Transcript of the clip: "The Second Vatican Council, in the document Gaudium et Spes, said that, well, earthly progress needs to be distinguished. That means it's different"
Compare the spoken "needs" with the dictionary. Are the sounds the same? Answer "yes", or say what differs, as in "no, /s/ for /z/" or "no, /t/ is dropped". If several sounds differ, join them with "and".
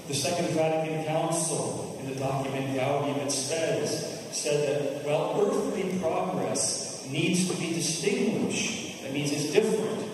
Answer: yes